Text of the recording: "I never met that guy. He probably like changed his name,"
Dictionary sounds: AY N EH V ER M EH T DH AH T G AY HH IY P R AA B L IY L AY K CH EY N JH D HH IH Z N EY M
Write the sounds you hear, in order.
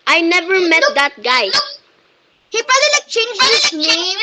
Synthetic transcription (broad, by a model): AY N EH V ER M EH T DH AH T G AY HH IY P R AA L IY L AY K CH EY N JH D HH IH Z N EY